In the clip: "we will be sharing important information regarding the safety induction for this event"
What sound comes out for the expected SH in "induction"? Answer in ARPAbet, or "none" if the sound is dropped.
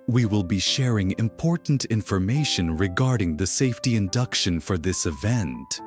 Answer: SH